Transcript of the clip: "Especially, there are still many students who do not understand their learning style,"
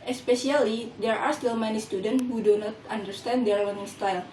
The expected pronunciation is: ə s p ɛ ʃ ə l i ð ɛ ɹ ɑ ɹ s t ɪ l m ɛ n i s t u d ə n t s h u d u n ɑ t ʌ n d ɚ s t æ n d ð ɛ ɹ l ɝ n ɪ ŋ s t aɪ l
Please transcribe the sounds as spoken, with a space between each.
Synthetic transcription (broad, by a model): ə s p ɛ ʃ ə l i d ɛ ɹ ɑ ɹ s t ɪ l m ɛ n i s t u d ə n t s h u d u n ɑ t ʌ n d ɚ s t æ n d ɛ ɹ w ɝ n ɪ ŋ s t aɪ l